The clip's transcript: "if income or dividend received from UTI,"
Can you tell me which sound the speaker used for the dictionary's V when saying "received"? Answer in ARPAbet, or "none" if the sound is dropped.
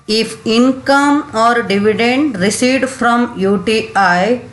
none